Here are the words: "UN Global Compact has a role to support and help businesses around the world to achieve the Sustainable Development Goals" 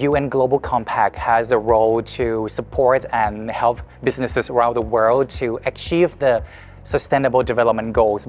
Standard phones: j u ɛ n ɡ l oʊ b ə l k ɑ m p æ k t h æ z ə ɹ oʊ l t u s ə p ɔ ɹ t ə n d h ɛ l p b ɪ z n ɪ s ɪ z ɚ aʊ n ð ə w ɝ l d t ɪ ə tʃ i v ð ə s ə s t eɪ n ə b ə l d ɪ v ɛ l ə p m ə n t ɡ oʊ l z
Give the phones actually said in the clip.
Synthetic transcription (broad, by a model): j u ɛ n ɡ l oʊ b ə l k ɑ m p æ k t h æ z ə ɹ oʊ l t u s ə p ɔ ɹ t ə n h ɛ l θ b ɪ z n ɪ s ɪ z ɚ aʊ n ð ə w ɝ l d t ɪ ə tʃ i v ð ə s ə s t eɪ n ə b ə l d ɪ v ɛ l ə p m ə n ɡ oʊ l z